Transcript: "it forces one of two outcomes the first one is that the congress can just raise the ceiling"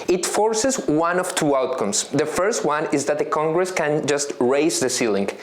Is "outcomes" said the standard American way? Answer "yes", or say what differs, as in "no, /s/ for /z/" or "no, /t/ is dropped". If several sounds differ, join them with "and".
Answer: no, /s/ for /z/